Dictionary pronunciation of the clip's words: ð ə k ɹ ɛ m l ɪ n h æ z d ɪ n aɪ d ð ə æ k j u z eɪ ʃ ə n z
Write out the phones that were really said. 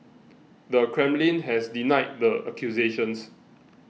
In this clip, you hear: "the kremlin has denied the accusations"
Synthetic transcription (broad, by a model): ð ə k ɹ ɛ m l ɪ n h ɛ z d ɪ n aɪ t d ə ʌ k j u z eɪ ʃ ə n s